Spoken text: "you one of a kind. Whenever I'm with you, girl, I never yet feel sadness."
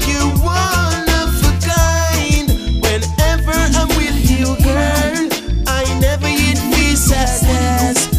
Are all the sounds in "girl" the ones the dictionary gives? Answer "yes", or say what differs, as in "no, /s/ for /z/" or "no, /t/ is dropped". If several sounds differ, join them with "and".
no, /n/ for /l/